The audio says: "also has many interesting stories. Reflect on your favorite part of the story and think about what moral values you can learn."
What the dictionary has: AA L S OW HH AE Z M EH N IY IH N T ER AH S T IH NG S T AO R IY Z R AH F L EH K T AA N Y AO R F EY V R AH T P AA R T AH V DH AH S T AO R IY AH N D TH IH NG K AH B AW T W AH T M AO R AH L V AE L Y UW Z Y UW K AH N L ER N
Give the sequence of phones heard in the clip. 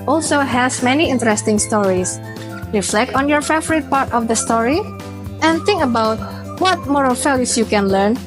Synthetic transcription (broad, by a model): AA L S OW HH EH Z M EH N IY IH N T ER AH S T IH NG S T AO R IY S R AH F L EH K T AA N Y AO R F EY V R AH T P AA R T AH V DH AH S T AO R IY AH N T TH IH NG K AH B AW T W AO T M AO R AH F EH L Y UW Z Y UW K AH N L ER N